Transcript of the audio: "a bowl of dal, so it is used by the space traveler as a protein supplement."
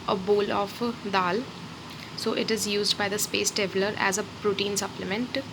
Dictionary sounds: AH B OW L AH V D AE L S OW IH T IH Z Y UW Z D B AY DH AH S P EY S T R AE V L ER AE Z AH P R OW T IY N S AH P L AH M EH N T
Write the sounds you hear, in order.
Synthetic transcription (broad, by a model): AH B OW L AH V D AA L S OW IH T IH Z Y UW Z D B AY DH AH S P EY S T EH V L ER AE Z AH P R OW T IY N S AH P L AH M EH N T